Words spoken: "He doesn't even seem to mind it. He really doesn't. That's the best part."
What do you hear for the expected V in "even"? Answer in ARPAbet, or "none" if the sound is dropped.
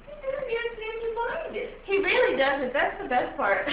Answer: none